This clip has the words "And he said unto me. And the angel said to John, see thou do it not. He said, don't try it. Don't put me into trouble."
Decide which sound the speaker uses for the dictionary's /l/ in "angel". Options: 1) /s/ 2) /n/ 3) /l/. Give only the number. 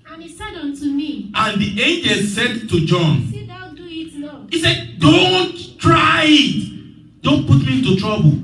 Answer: 3